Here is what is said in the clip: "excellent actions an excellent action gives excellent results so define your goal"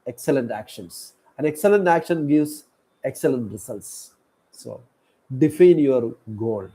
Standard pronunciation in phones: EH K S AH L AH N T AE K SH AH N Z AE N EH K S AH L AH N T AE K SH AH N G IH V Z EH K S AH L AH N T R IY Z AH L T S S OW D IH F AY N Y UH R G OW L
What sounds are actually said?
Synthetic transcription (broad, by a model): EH K S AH L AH N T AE K SH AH N S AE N EH K S AH L AH N T AE K SH AH N G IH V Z EH K S AH L AH N T R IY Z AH L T S S OW D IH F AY N Y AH R G OW L